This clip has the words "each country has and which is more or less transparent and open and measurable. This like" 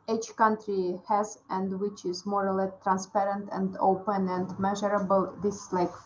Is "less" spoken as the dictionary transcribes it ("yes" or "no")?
no